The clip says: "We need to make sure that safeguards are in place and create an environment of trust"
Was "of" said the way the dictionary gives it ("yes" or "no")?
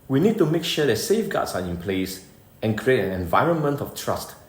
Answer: no